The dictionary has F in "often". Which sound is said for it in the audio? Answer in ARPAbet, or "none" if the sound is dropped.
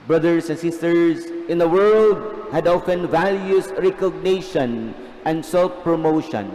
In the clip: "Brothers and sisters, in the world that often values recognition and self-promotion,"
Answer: F